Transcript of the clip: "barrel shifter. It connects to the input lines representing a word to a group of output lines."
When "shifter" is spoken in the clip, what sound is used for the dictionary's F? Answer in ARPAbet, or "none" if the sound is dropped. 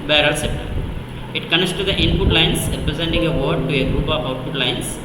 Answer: P